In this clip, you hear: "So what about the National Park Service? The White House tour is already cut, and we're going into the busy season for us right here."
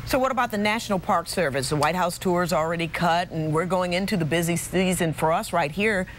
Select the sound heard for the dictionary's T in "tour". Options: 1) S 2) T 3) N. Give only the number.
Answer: 2